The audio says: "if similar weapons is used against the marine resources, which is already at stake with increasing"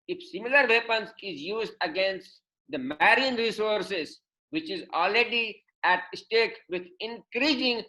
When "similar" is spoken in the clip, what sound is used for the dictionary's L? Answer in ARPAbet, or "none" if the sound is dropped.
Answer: L